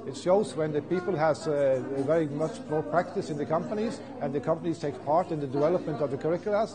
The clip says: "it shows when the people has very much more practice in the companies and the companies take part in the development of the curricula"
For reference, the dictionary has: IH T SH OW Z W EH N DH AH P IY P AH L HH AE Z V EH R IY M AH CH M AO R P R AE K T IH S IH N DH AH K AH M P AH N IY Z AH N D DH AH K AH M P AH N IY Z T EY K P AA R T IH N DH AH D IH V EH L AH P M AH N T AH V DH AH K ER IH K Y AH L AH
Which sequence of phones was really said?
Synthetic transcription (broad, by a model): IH T SH OW Z W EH N DH AH P IY P AH L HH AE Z V EH R IY M AH CH M AO R P R AE K T IH S IH N DH AH K AH M P AH N IY Z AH N DH AH K AH M P AH N IY Z T EY K P AA R T IH N DH AH D IH V EH L AH P M AH N T AH V DH AH K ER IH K Y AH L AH